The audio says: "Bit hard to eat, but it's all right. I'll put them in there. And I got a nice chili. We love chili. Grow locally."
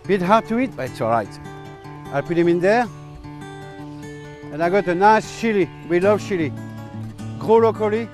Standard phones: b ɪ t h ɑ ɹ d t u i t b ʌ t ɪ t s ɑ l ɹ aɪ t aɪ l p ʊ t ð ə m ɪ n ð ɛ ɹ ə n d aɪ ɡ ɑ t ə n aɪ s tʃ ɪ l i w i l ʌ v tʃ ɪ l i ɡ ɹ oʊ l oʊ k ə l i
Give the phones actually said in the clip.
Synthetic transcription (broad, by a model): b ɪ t h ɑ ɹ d t u i t b ʌ t ɪ t s ɑ l ɹ aɪ t aɪ l p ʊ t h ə m ɪ n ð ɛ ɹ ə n aɪ ɡ ɑ t ə n aɪ s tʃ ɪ l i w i l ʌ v ʃ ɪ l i ɡ ɹ oʊ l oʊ k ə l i